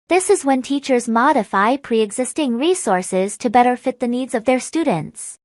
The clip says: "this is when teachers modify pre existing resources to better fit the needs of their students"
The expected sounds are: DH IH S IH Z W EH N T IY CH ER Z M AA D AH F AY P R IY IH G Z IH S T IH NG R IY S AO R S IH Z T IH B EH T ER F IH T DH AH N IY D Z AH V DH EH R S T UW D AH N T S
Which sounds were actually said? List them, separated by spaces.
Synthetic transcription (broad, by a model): DH IH S IH Z W EH N T IY CH ER Z M AA D AH F AY P R IY IH G Z IH S T IH NG R IY S AO R S IH Z T IH B EH T ER F IH T DH AH N IY D Z AH V DH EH R S T UW D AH N T S